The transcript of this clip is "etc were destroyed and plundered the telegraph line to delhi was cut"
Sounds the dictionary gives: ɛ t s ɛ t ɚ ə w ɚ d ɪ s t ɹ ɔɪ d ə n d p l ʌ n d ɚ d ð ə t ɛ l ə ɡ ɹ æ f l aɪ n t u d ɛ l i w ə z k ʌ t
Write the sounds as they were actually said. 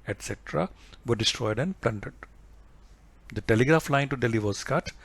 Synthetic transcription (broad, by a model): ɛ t s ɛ t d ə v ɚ d ɪ s t ɹ ɔɪ d ə n d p l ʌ n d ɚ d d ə t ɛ l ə ɡ ɹ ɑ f l aɪ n t u d ɛ l i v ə s k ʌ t